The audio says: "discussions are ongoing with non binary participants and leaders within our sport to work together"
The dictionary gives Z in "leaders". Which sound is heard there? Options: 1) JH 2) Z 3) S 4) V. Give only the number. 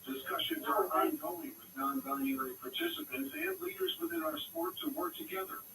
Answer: 2